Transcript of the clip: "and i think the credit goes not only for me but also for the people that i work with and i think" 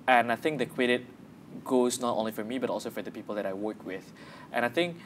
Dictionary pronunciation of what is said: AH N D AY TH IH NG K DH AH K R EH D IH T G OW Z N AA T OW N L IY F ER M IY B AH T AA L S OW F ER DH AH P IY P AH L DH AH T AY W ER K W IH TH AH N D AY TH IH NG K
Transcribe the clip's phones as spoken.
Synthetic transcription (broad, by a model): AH N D AY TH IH NG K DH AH K W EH D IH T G OW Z N AA T OW N L IY F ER M IY B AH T AA L S OW F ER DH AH P IY P AH L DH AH T AY W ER K W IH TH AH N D AY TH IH NG K